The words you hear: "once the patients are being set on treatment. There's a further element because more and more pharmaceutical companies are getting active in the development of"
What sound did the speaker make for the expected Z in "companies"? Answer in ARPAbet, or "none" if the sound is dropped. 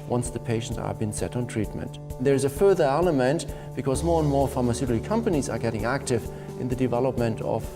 Z